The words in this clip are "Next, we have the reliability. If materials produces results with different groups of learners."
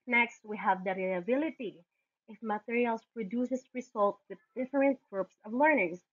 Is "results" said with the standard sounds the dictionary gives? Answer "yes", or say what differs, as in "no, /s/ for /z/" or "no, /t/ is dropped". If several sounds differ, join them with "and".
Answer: no, /s/ is dropped